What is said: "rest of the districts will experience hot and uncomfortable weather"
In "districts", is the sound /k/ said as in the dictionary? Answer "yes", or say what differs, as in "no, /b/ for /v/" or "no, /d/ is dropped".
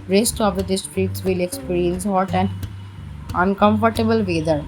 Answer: no, /k/ is dropped